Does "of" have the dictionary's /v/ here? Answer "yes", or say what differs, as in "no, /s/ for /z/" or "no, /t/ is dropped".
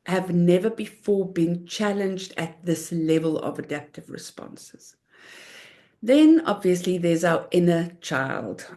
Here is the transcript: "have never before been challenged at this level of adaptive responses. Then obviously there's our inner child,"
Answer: yes